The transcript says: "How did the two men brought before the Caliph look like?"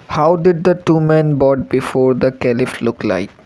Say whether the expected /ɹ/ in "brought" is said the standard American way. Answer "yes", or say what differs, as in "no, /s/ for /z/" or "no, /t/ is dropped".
no, /ɹ/ is dropped